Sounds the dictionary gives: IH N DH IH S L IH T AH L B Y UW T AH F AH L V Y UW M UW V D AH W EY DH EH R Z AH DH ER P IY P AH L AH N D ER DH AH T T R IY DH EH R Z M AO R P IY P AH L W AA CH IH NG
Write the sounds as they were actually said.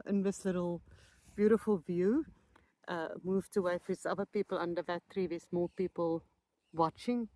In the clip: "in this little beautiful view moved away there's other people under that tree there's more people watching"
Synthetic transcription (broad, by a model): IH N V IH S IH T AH L B Y UW T AH F AH L V Y UW M UW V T AH W EY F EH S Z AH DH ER P IY P AH L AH N D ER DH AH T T R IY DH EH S M AO L P IY P AH L W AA CH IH NG